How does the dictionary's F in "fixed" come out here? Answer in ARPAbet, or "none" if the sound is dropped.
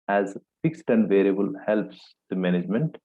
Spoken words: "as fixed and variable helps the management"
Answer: F